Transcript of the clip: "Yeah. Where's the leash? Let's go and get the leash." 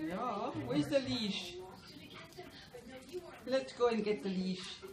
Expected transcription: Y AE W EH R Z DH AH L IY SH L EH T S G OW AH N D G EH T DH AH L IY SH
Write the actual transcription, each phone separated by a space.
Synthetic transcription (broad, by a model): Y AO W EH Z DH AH L IY SH L EH T S G OW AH N G EH T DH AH L IY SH